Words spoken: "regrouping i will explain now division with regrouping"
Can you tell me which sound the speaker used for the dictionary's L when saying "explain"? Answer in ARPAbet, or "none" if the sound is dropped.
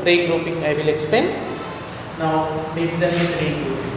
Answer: none